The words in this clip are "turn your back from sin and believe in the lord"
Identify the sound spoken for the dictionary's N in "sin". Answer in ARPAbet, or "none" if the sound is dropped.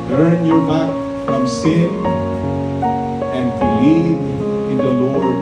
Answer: none